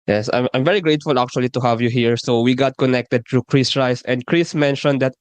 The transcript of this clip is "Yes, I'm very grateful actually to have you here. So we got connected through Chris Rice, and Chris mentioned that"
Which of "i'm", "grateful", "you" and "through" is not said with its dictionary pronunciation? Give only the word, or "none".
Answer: through